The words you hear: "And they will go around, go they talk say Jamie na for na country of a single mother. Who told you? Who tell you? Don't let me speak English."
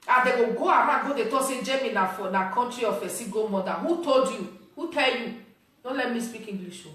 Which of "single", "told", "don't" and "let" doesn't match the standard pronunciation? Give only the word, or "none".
single